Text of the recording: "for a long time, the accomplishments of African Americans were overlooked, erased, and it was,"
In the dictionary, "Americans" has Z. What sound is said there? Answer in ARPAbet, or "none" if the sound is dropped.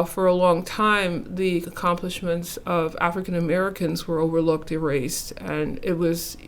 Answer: Z